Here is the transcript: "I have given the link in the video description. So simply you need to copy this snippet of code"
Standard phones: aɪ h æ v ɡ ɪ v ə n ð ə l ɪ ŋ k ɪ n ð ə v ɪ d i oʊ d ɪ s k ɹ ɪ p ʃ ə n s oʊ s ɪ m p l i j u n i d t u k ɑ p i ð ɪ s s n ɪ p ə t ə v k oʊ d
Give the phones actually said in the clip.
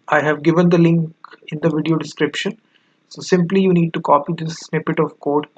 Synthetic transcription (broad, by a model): aɪ h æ v ɡ ɪ v ə n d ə l ɪ ŋ k ɪ n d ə v ɪ d i oʊ d ɪ s k ɹ ɪ p ʃ ə n s oʊ s ɪ m p l i j u n i d t u k ɑ p i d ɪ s s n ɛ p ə t ə v k oʊ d